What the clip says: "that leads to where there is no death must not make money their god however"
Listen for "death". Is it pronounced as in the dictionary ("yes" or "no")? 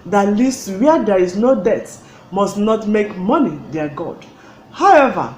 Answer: no